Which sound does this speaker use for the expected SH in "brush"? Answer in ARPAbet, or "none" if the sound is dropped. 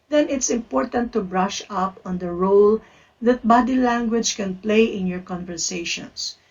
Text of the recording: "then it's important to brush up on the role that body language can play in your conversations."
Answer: SH